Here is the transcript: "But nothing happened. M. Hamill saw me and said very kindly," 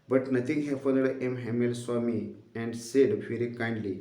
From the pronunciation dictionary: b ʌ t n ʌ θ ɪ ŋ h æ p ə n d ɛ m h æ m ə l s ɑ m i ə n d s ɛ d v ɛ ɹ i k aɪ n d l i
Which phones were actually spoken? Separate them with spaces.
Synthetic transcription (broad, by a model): b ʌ t n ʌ t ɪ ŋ h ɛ f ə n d ɛ m h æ m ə l s ɑ m i ə n d s ɛ d v ɛ ɹ i k aɪ n d l i